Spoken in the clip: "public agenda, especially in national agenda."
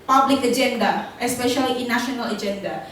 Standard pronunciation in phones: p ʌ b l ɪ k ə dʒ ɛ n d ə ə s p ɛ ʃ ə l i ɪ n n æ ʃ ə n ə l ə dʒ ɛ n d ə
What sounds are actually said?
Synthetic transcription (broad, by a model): p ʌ b l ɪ k ə dʒ ɛ n d ə ə s p ɛ ʃ ə l i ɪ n n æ ʃ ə n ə l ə dʒ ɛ n d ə